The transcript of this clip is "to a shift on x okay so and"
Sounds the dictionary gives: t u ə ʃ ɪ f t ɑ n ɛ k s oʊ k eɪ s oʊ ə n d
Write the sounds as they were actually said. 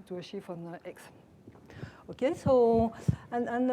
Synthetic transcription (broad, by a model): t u ə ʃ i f ɑ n ɛ k s oʊ k eɪ s oʊ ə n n